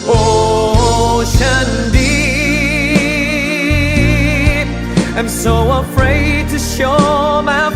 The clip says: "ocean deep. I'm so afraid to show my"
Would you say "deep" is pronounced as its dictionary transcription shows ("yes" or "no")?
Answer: no